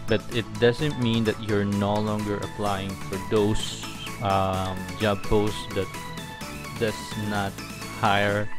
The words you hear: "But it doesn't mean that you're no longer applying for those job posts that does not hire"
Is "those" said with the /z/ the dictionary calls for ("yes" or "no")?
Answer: no